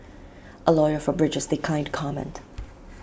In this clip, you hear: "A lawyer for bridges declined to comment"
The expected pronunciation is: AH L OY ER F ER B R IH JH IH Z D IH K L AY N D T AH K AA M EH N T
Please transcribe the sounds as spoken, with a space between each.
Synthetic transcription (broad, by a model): AH L OY ER F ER B R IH JH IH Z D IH K AY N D K AA M EH N T